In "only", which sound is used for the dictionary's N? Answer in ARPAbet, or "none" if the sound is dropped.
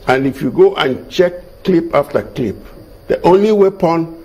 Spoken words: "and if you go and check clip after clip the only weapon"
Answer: N